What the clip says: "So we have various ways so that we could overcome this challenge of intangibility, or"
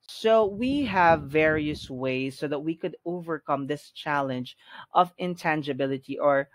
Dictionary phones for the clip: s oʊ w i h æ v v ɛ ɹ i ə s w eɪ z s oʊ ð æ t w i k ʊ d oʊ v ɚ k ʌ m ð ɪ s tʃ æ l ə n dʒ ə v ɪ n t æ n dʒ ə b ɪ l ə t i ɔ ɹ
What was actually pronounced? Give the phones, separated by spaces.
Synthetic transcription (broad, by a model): s oʊ w i h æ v v ɛ ɹ i ə s w eɪ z s oʊ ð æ t w i k ʊ d oʊ v ɚ k ʌ m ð ɪ s tʃ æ l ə n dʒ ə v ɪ n t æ n dʒ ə b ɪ l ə t i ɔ ɹ